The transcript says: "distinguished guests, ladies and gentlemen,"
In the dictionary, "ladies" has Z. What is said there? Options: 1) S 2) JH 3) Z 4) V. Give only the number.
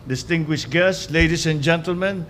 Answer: 1